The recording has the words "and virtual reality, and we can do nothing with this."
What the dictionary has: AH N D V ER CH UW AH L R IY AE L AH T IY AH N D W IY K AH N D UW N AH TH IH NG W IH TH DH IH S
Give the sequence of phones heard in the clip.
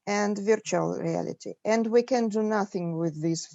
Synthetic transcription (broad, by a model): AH N D V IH CH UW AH L R IY AE L AH T IY AH N D W IY K AH N D UW N AH TH IH NG W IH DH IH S